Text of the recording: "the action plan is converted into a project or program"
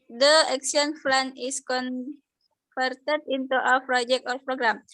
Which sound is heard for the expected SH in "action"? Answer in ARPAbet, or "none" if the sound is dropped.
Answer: S